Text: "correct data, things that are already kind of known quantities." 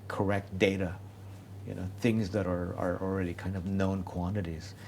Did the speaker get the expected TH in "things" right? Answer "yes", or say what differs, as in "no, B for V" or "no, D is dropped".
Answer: yes